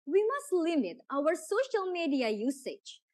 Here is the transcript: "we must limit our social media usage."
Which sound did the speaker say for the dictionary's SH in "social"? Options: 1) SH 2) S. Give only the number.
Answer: 1